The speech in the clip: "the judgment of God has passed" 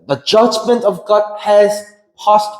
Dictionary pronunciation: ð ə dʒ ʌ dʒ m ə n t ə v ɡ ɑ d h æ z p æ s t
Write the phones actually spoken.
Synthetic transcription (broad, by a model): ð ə dʒ ʌ dʒ m ə n t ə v ɡ ɑ d h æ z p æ s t